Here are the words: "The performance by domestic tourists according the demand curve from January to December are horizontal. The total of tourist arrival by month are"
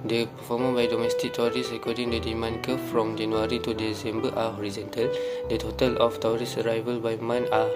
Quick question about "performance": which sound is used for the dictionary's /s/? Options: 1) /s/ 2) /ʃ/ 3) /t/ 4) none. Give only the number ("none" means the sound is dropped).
4